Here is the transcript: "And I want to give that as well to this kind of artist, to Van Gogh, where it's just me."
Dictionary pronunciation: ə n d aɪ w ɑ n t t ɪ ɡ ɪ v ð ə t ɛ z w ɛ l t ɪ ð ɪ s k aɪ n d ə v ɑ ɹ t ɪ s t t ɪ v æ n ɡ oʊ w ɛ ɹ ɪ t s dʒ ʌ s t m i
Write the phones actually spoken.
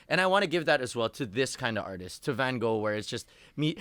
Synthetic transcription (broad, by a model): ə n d aɪ w ɑ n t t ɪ ɡ ɪ v ð ə t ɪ z w ɛ l t ɪ ð ɪ s k aɪ n d ə v ɑ ɹ t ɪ s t t ɪ v æ n ɡ oʊ w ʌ ɹ ɪ t s dʒ ʌ s t m i